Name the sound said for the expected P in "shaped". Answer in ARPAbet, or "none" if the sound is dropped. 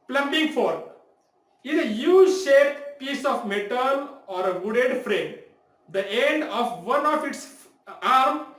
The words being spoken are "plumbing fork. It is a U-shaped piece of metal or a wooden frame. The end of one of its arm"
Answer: none